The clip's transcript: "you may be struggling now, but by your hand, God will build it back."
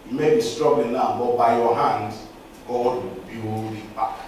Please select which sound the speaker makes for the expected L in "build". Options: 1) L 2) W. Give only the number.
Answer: 2